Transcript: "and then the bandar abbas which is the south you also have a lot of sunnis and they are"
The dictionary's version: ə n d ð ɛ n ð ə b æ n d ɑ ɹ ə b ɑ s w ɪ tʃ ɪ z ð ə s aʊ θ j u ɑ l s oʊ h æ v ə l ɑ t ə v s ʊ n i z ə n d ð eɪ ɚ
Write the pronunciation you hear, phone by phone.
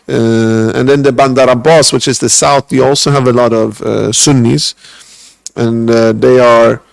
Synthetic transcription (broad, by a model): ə n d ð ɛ n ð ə b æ n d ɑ ɹ ə b ɑ s w ɪ tʃ ɪ z ð ə s aʊ θ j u ɑ l s oʊ h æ v ə l ɑ t ə v s ʊ n i z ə n ð eɪ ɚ